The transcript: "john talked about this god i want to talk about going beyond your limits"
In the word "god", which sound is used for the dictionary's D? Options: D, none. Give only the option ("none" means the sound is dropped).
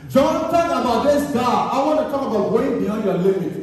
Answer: none